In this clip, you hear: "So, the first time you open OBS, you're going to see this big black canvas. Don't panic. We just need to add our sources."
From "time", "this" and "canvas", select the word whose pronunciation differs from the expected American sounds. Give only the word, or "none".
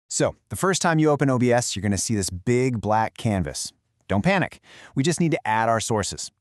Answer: none